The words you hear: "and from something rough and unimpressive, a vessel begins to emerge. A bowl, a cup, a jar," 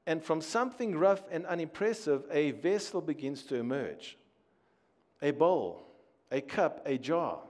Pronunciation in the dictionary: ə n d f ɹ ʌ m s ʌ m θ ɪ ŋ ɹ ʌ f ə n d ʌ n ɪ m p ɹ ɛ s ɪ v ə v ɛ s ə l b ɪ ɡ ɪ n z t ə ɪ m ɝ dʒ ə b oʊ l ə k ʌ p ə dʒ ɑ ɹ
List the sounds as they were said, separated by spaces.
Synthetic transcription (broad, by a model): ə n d f ɹ ʌ m s ʌ m θ ɪ ŋ ɹ ʌ f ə n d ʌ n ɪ m p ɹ ɛ s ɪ v ə v ɛ s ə l b ɪ ɡ ɪ n z t ə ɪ m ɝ dʒ ə b oʊ l ə k ʌ p ə dʒ ɑ